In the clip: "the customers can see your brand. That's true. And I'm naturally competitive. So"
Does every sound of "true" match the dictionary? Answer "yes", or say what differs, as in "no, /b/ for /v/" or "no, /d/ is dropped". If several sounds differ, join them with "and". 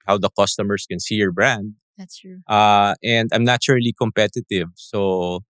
no, /ɹ/ is dropped